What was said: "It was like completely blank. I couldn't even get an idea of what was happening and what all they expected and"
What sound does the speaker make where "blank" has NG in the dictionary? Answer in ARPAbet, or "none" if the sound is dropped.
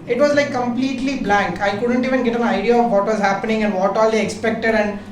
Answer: NG